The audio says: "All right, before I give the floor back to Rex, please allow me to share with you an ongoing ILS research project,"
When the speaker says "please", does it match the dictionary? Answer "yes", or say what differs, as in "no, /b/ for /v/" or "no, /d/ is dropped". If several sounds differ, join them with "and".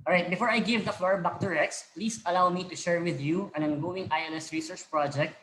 no, /s/ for /z/